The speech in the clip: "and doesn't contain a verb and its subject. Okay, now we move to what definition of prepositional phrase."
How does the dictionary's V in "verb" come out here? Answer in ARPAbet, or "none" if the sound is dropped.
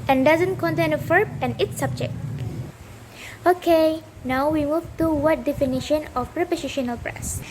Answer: F